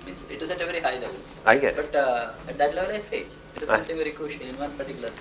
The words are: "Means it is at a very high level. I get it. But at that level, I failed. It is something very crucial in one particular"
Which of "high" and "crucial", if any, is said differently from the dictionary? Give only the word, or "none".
crucial